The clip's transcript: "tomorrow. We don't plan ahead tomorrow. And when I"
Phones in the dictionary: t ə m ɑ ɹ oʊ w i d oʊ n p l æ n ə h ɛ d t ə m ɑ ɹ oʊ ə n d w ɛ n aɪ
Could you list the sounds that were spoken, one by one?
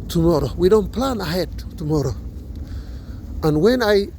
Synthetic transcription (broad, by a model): t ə m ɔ ɹ oʊ w i d oʊ n p l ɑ n ə h ɛ d t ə m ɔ ɹ oʊ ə n w ɛ n aɪ